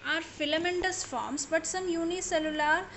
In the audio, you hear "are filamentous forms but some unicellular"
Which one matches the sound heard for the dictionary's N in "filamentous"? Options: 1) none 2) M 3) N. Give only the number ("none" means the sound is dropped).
3